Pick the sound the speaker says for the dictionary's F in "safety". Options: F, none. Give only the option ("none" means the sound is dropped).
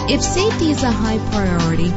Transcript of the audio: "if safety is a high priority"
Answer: none